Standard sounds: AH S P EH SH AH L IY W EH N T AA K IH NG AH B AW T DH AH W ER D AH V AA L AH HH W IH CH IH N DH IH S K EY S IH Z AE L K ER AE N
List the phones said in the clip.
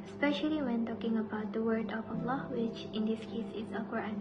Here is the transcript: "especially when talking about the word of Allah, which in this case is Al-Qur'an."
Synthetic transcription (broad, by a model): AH S P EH SH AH L IY W EH N T AA K IH NG AH B AW T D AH W ER D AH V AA L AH HH W IH CH IH N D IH S K EY S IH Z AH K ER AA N